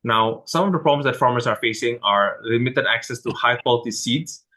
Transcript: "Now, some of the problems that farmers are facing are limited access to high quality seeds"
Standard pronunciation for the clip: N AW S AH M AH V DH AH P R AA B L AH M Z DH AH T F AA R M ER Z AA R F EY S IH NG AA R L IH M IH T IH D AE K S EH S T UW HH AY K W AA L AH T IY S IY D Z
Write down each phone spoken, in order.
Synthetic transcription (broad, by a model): N AW S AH M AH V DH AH P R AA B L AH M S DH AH T F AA R M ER S AA R F EY S IH NG AA R L IH M IH T IH D AE K S EH S T UW HH AY K W AA L AH T IY S IY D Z